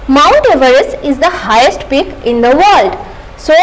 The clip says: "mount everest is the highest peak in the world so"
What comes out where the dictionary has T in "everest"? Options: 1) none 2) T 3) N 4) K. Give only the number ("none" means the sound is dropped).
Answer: 1